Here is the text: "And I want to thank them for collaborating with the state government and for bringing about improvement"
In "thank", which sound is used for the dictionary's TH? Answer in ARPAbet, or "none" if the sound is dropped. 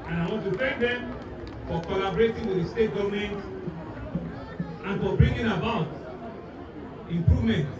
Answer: F